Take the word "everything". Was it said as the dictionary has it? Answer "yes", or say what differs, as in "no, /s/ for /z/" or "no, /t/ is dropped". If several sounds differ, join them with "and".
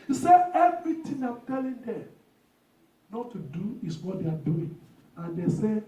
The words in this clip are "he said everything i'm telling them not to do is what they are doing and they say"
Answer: no, /t/ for /θ/